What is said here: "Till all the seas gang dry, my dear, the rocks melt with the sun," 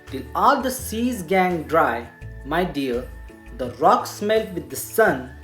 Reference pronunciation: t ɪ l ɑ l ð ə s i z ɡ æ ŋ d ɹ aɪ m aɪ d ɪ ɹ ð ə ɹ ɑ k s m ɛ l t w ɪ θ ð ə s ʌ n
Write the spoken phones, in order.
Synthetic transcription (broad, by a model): t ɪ l ɑ l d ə s i z ɡ æ ŋ d ɹ aɪ m aɪ d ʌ ɹ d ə ɹ ɑ k s m ɛ l t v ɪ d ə s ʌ n